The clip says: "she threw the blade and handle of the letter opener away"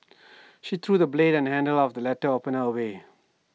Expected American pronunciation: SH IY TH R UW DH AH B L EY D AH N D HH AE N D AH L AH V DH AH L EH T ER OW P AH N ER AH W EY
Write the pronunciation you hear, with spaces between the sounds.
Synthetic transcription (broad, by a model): SH IY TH R UW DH AH B L EY D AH N HH AE N D AH L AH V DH AH L EH T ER OW P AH N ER AH W EY